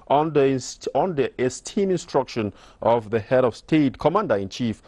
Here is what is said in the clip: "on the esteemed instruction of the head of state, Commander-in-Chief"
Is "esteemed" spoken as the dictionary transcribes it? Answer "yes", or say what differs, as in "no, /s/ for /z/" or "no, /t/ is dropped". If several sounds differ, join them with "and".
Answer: no, /d/ is dropped